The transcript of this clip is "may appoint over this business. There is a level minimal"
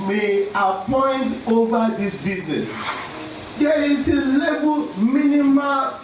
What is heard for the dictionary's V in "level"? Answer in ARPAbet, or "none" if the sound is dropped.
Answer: B